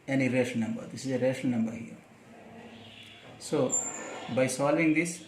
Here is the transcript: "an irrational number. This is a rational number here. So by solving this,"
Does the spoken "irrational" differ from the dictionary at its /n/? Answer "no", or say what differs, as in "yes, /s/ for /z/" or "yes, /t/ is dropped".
yes, /n/ is dropped